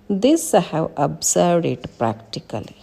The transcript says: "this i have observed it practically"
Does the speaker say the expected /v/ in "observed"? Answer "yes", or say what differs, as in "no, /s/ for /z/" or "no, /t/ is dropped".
no, /v/ is dropped